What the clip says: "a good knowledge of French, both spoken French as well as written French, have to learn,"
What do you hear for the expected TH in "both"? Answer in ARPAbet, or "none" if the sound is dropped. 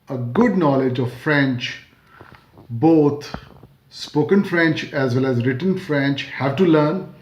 T